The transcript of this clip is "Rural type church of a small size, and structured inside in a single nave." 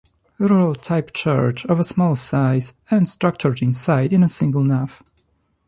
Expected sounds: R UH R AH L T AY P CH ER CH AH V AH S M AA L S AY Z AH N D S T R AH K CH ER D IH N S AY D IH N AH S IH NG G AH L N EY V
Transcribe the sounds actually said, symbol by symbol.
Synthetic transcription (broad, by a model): R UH R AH L T AY P CH ER CH AH V AH S M AA L S AY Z AH N D S T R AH K CH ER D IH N S AY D IH N AH S IH NG G AH L N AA F